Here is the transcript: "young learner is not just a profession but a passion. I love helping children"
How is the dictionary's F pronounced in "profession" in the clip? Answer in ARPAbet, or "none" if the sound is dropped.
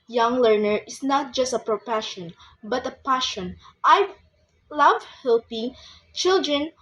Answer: P